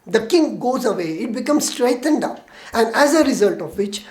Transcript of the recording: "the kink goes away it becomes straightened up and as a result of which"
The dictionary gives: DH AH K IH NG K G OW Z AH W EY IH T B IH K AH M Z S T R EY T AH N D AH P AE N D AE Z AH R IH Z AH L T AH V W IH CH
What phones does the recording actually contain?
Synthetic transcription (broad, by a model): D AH K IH NG G OW Z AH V EY IH T B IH K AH M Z S T R EY T AH N D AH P AE N D AE Z AH R IH Z AH L T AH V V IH CH